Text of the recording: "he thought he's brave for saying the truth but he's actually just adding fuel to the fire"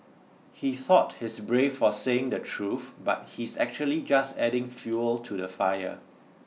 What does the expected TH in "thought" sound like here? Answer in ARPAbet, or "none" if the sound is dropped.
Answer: TH